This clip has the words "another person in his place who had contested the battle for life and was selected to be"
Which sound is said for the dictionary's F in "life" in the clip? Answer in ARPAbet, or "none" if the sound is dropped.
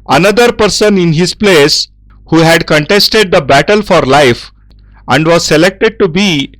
F